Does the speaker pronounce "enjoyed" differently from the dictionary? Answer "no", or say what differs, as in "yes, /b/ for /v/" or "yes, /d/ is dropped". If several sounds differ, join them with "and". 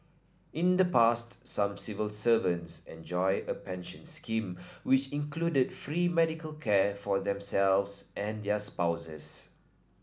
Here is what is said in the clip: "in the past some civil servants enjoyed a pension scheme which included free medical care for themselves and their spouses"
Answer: yes, /d/ is dropped